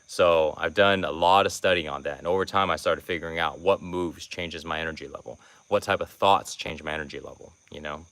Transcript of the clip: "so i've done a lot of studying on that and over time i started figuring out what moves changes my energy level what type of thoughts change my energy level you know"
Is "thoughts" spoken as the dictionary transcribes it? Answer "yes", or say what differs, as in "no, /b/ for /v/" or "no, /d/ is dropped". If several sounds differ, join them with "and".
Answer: yes